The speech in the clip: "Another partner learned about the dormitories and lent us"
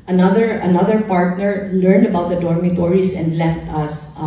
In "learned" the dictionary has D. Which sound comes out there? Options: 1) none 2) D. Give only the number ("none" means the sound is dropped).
2